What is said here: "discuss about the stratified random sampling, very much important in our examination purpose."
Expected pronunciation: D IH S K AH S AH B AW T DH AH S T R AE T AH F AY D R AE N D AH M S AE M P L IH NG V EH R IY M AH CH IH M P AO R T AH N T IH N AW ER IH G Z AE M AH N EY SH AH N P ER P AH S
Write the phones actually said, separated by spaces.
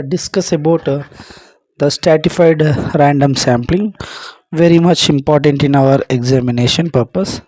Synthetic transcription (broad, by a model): D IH S K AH S AH B AW T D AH S T R AE T AH F AY D R AE N D AH M S AE M P L IH NG V EH R IY M AH CH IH M P AO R T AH N T IH N AW ER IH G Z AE M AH N EY SH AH N P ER P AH S